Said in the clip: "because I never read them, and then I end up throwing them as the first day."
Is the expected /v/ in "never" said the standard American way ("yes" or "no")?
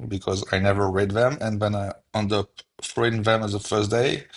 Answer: yes